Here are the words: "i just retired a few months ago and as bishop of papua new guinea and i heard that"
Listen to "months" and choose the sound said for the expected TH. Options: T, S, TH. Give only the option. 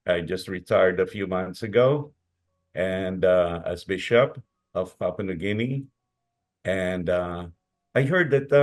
TH